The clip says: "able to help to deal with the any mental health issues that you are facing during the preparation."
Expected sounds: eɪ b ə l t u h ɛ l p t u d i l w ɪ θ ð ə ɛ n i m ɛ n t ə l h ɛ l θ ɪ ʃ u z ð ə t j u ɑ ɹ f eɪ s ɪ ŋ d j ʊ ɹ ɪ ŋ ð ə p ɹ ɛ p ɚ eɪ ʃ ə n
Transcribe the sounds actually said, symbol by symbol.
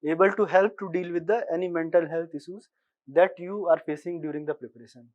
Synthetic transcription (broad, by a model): eɪ b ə l t u h ɛ l p t u d i l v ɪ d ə ɛ n i m ɛ n t ə l h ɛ l t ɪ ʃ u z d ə t j u ɑ ɹ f eɪ s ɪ ŋ d j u ɹ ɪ ŋ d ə p ɹ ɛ p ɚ eɪ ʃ ə n